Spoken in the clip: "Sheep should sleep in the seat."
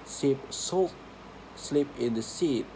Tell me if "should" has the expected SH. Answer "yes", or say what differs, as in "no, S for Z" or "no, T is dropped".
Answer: no, S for SH